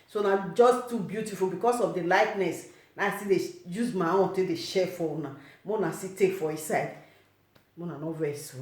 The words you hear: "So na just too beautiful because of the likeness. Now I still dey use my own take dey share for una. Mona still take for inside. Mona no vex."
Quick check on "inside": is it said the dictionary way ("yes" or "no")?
no